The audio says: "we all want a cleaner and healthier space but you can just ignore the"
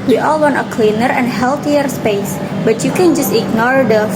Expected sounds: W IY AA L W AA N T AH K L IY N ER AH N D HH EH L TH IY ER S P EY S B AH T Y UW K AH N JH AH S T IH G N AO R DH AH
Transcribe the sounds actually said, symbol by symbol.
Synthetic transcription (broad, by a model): W IY AA L W AA N T AH K L IY N ER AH N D HH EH L T IY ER S P EY S B AH T Y UW K AH N JH AH S T IH G N AO R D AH